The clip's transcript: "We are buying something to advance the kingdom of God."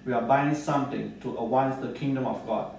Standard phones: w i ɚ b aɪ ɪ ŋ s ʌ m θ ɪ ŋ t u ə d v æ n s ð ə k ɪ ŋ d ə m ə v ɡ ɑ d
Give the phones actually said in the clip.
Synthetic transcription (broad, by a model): w i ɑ b aɪ ɪ ŋ s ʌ m t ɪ ŋ t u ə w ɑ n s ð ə k ɪ ŋ d ə m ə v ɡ ɑ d